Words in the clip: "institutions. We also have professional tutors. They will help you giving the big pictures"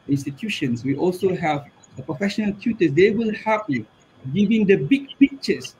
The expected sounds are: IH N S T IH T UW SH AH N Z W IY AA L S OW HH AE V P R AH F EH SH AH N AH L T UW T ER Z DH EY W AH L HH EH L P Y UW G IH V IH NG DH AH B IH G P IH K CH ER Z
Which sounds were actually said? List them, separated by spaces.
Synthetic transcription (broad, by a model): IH N S T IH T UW SH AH N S W IY AA L S OW HH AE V P R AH F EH SH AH N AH L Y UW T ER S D EY W AH L HH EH P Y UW G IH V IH NG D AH B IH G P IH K CH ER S